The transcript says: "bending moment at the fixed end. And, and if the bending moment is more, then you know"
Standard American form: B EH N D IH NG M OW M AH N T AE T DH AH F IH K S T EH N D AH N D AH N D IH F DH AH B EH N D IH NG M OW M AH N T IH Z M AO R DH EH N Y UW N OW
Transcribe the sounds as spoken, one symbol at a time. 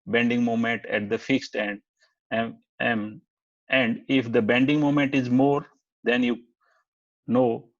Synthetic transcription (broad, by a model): B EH N D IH NG M OW M AH N T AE T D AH F IH K S T EH N D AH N AH N D IH F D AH B EH N D IH NG M OW M AH N T IH Z M AO R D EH N Y UW N OW